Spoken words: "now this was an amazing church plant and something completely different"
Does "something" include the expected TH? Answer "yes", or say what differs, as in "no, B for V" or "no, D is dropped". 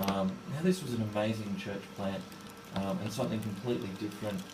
yes